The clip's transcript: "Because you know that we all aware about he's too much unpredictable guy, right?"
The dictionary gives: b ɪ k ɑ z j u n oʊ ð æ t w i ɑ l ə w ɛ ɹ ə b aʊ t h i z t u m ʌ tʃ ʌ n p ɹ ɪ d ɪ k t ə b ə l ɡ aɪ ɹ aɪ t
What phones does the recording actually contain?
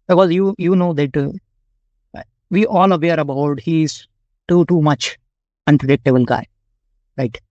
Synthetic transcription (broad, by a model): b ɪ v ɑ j j u n oʊ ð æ t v i ɑ l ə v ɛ ɹ ə b aʊ t h i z t u m ʌ tʃ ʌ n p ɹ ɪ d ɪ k t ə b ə n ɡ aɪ ɹ aɪ t